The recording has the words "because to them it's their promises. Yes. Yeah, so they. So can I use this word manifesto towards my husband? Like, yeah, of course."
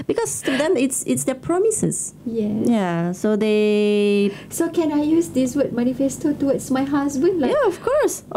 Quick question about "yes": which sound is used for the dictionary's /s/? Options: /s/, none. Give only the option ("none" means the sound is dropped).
none